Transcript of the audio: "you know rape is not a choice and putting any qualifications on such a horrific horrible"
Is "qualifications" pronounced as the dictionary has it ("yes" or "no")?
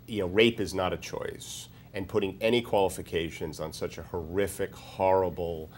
yes